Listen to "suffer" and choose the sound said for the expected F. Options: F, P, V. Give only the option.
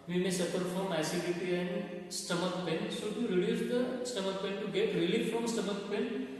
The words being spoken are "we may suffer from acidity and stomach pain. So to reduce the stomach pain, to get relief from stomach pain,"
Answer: P